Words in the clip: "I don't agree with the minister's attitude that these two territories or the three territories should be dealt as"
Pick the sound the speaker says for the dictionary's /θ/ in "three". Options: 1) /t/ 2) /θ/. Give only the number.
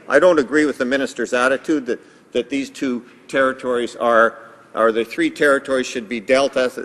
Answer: 2